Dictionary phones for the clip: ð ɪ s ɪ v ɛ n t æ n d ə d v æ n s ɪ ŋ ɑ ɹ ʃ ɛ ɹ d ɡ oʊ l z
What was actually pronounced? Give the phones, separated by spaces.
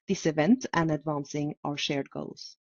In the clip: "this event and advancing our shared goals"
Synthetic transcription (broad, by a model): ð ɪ s ɪ v ɛ n t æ n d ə d v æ n s ɪ ŋ ɑ ɹ ʃ ɛ ɹ d ɡ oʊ l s